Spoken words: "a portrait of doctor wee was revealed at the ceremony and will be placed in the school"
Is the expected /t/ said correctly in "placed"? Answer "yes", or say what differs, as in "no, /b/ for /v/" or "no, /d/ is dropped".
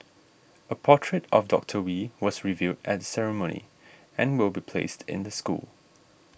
yes